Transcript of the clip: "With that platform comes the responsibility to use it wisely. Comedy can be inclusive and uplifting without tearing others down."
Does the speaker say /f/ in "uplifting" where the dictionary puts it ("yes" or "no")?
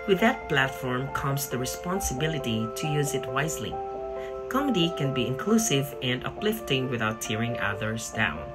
yes